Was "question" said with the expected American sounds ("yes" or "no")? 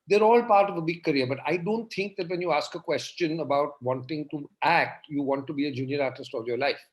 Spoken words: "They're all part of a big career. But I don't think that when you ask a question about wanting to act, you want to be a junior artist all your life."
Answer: yes